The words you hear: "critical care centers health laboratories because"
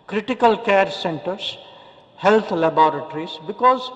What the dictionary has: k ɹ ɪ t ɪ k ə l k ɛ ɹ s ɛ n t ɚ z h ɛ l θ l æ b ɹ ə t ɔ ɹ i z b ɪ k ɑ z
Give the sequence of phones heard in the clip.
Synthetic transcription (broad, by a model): k ɹ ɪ t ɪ k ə l k ɛ ɹ s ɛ n t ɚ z h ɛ l t l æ b ɹ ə t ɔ ɹ i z b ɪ k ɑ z